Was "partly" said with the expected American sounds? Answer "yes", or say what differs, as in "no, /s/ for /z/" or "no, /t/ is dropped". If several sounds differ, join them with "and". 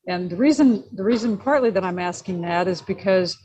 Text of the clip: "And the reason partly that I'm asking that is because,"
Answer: yes